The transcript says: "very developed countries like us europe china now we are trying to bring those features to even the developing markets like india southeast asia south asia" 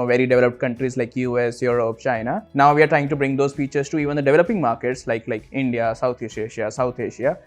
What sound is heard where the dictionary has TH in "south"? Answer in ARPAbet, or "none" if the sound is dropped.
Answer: T